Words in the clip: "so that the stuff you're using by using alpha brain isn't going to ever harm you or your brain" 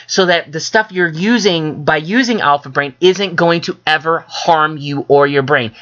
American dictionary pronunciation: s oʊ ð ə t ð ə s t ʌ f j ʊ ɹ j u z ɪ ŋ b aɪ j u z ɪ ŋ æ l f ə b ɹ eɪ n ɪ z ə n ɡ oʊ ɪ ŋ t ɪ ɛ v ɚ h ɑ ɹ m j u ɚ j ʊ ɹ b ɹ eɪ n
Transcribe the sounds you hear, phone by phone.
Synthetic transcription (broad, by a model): s oʊ ð ə t ð ə s t ʌ f j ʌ ɹ j u z ɪ ŋ b aɪ j u z ɪ ŋ æ l f ə b ɹ eɪ n ɪ z ə n ɡ oʊ ɪ ŋ t ɪ ɛ v ɚ h ɑ ɹ m j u ɚ j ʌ ɹ b ɹ eɪ n